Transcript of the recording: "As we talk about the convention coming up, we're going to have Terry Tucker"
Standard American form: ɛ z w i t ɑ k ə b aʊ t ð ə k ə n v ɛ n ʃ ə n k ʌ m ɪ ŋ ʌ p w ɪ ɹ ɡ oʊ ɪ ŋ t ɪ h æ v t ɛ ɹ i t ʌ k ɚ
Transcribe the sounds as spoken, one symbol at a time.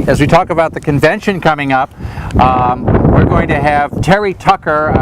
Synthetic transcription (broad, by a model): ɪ z w i t ɑ k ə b aʊ t ð ə k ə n v ɛ n ʃ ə n k ʌ m ɪ ŋ ʌ p w ɪ ɹ ɡ oʊ ɪ ŋ t ɪ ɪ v t ɛ ɹ i t ʌ k ɚ